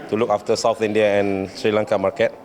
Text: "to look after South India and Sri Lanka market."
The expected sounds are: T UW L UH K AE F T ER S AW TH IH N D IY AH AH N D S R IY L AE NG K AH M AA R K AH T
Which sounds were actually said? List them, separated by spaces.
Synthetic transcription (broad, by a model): T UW L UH K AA F T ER S AW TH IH N D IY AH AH N S R IY L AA NG K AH M AA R K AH T